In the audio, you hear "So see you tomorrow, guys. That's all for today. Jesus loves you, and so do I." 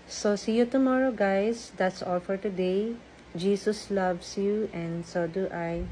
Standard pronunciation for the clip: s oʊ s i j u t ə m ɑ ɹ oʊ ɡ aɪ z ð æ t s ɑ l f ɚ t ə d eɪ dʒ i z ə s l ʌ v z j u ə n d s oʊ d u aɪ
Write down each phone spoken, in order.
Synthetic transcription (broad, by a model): s oʊ s i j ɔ t ə m ɑ ɹ oʊ ɡ aɪ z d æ t s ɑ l f ɚ t ə d eɪ dʒ i s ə s l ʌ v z j u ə n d s oʊ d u aɪ